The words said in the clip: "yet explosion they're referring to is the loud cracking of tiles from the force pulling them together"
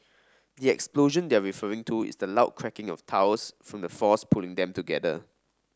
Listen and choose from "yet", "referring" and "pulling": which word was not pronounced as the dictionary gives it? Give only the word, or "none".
yet